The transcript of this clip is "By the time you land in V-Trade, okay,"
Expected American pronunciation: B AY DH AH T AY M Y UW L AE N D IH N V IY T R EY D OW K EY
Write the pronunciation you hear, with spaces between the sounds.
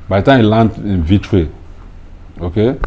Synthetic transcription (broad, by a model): B AY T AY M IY L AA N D IH N V IY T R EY OW K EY